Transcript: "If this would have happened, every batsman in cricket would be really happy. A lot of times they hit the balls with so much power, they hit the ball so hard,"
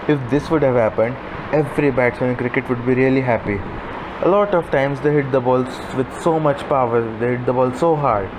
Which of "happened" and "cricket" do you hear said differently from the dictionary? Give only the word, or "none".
none